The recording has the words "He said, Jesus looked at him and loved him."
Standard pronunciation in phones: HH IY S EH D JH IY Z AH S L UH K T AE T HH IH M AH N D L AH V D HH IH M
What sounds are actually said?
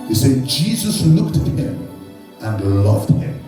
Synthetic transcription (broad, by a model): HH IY S EH D JH IY Z AH S L UH K T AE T HH IH M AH N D L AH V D HH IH M